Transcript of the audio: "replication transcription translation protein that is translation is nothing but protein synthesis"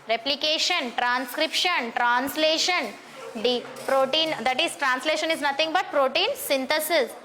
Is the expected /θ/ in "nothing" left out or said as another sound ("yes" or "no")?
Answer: yes